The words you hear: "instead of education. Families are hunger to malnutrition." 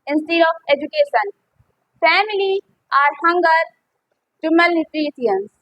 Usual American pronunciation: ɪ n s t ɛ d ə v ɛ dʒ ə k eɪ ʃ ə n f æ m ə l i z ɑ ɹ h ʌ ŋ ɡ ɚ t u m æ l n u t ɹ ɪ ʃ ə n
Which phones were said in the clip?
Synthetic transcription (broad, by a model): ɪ n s t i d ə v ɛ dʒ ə k eɪ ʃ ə n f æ m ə l i ɑ ɹ h ʌ ŋ ɡ ɚ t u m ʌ l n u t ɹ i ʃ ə n